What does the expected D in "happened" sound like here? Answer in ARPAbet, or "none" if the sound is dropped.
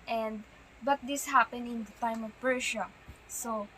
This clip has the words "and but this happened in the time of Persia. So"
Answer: none